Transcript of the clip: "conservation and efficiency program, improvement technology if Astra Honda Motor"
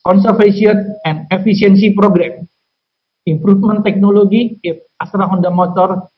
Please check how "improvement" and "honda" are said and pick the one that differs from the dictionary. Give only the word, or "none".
improvement